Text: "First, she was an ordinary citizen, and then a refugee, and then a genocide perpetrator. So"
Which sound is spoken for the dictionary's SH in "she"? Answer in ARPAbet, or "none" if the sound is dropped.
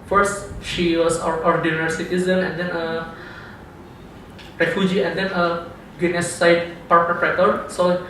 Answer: SH